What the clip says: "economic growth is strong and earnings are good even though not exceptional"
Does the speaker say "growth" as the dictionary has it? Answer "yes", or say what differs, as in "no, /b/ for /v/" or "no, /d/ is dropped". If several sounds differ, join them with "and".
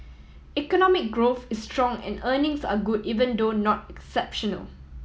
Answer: yes